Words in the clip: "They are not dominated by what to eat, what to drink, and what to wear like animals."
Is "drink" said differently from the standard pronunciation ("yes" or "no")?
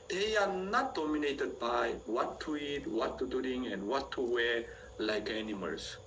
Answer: yes